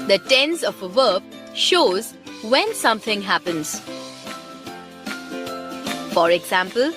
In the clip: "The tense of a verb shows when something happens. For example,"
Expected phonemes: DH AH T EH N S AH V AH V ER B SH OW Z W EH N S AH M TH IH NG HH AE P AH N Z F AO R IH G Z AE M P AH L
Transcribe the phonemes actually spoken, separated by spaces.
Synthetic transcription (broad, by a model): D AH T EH N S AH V AH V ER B SH OW Z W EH N S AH M T IH NG HH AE P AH N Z F AO R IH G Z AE M P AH L